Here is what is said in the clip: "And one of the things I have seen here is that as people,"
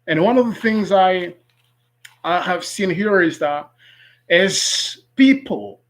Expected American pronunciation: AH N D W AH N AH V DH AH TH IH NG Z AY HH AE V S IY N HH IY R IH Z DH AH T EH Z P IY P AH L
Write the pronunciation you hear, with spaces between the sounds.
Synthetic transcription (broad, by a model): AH N W AH N AH V DH AH TH IH NG Z AY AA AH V S IY N HH IY R IH Z DH AH T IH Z P IY P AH L